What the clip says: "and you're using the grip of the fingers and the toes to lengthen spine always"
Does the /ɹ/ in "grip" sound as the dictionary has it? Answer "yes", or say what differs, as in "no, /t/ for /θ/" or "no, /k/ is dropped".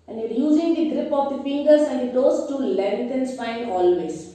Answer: yes